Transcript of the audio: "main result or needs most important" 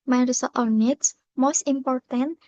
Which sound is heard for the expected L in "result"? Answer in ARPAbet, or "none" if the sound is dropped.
none